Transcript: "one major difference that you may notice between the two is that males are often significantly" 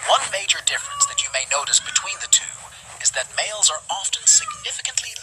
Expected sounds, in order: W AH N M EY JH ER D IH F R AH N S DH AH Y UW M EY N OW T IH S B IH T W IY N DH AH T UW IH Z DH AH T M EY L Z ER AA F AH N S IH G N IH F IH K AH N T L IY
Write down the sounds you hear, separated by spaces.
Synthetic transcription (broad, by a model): W AH N M EY JH ER D IH F R AH N S DH AH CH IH M EY N OW T IH S B IH T W IY N DH AH T UW IH Z DH AH T M EY L Z ER AA F AH N S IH G N IH F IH K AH N T L IY